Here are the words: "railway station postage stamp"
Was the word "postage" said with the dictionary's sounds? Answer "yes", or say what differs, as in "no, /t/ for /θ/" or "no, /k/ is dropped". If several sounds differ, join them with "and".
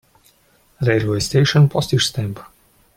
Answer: no, /ʃ/ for /dʒ/